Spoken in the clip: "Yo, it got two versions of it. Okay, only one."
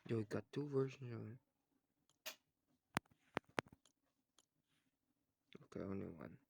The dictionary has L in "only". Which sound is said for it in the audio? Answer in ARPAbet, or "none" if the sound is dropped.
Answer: none